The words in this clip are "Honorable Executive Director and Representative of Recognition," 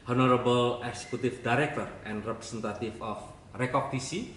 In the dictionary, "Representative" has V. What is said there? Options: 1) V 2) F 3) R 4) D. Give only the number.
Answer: 2